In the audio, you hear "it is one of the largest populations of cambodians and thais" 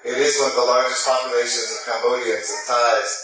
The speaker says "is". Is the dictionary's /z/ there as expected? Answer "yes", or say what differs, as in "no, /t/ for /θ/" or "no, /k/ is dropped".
yes